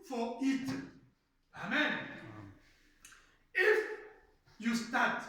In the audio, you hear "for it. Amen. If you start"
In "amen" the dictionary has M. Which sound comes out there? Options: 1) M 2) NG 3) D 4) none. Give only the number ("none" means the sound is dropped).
1